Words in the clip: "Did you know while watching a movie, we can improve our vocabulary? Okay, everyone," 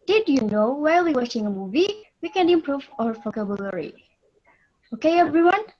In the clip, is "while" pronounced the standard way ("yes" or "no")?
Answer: no